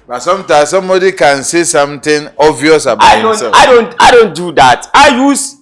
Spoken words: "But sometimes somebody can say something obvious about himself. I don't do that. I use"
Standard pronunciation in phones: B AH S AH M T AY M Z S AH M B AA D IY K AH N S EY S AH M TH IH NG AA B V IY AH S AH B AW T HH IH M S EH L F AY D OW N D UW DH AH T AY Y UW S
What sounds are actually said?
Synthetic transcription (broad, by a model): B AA S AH M T AY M S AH M B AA D IY K AH N S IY S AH M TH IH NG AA V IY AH S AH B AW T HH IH S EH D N AY D OW N D UW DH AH T AY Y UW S